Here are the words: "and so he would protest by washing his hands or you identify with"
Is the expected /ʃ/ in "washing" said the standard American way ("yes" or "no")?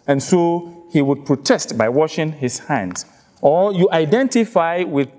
yes